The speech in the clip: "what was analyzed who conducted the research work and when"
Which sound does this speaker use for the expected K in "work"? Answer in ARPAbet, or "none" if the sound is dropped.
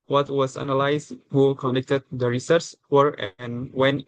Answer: none